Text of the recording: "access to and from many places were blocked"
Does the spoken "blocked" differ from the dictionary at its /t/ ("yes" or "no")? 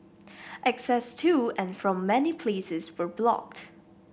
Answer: no